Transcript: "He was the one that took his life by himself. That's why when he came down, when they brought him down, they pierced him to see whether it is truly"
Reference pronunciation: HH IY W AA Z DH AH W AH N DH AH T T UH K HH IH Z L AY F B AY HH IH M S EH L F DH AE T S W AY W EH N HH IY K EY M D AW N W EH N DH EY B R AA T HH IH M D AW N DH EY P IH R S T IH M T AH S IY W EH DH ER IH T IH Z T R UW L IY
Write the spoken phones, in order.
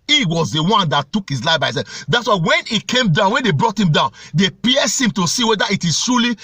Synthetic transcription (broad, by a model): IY W AA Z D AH W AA N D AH T T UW K HH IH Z L AY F B AY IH S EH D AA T S W AY W EH N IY K EY M D AW N W EH N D EY B R AA T HH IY M D AW N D EY P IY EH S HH IH M T AH S IY W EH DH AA IH T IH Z T R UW L IY